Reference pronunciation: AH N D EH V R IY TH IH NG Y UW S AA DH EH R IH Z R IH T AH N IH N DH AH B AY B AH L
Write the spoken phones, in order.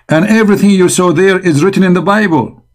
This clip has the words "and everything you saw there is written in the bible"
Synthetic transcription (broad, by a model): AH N EH V R IY TH IH NG Y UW S AA DH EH R IH Z R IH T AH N IH N DH AH B AY B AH L